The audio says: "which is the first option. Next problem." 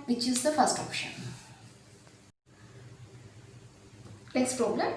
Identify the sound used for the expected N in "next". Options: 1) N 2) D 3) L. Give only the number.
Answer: 3